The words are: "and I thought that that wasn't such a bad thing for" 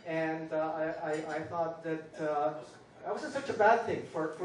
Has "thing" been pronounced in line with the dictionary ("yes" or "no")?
yes